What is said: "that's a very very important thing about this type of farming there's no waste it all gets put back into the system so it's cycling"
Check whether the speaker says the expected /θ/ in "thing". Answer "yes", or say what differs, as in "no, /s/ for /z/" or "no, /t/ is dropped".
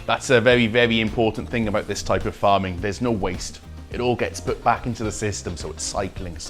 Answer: yes